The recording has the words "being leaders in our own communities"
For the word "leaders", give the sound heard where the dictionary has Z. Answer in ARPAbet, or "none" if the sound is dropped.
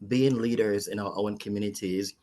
Z